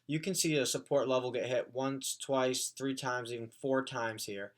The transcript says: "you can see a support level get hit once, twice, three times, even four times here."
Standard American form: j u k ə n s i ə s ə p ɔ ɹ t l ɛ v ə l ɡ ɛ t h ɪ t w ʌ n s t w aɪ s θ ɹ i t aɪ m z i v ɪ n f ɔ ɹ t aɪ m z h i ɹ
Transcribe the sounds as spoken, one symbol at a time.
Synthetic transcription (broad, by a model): j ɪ k ə n s i ə s ə p ɔ ɹ t l ɛ v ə l ɡ ɛ t h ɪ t w ʌ n s t w aɪ s θ ɹ i t aɪ m z i v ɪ n f ɔ ɹ t aɪ m z h i ɹ